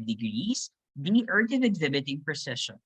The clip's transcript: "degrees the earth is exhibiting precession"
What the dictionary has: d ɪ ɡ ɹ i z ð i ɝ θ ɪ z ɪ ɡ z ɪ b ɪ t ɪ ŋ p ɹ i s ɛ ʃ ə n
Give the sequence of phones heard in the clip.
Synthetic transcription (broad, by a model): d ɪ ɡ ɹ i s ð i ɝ t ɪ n ɪ ɡ z ɪ b ɪ t ɪ ŋ p ɹ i s ɛ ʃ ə n